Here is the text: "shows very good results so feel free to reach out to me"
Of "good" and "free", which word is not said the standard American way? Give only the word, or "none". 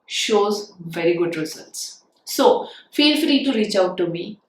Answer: free